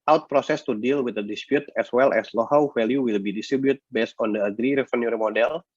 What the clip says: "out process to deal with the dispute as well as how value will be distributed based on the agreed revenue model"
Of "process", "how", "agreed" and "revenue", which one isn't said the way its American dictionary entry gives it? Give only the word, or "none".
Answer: revenue